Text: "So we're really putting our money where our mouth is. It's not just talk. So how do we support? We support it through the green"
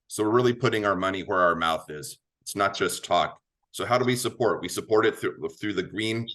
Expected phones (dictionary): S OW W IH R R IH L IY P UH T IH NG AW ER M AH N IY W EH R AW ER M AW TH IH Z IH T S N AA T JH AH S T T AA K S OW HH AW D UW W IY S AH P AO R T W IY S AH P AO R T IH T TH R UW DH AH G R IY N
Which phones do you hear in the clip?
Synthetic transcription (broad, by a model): S OW W IH R R IH L IY P UH T IH NG AW ER M AH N IY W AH R AW ER M AW TH IH Z IH T S N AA T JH AH S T T AA K S OW HH AW D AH W IY S AH P AO R T W IY S AH P AO R T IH T TH R UW DH AH G R IY N